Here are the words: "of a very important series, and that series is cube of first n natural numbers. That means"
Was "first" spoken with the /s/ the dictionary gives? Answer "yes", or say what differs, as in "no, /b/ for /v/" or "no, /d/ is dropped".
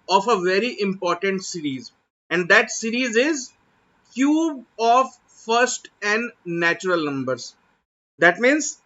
yes